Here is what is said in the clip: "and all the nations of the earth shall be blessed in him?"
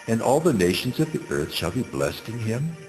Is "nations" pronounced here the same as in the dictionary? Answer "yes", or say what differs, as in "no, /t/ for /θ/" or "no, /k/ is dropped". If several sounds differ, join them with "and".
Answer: yes